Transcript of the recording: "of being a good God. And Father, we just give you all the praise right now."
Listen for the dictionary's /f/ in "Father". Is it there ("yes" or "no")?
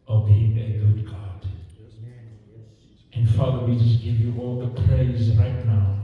yes